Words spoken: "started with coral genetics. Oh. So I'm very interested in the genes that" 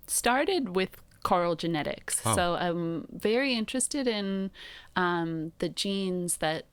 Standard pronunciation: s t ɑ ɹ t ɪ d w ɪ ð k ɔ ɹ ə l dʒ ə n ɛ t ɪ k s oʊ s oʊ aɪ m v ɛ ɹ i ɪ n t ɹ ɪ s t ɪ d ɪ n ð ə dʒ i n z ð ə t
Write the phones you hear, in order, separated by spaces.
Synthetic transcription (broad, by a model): s t ɑ ɹ t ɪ d w ɪ ð k ɔ ɹ l dʒ ə n ɛ t ɪ k s oʊ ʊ aɪ m v ɛ ɹ i ɪ n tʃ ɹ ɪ s t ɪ d ɪ n ð ə dʒ i n z ð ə t